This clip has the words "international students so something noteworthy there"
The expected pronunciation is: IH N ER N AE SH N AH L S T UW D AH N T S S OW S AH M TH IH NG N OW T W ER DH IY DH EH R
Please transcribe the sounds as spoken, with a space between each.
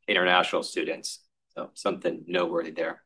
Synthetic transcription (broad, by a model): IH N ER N AE SH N L S T UW D N T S S OW S AH M TH IH NG N OW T W ER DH IY DH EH R